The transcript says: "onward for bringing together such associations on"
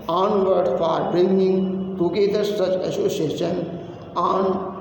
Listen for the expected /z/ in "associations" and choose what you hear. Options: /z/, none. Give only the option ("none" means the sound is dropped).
none